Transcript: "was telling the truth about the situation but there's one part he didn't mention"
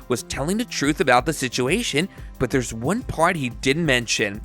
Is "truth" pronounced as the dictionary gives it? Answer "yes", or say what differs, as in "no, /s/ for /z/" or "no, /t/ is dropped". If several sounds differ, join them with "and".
yes